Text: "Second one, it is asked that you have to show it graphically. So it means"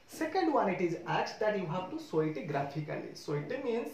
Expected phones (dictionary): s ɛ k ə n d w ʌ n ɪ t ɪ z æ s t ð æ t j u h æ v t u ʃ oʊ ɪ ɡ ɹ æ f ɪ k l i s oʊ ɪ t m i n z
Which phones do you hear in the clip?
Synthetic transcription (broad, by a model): s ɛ k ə n d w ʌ n ɪ t ɪ z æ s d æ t j u h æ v t u s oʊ ɪ ɡ ɹ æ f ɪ k l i s oʊ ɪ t m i n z